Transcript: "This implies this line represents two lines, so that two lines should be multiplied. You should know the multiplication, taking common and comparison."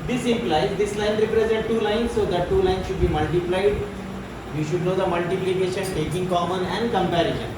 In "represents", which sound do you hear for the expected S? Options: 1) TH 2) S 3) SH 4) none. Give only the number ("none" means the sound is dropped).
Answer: 4